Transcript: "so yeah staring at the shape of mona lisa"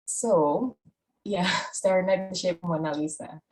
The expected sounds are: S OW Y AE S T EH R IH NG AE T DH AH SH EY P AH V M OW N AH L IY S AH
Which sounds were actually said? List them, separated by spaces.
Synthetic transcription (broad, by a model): S OW Y AE S T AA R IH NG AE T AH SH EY AH P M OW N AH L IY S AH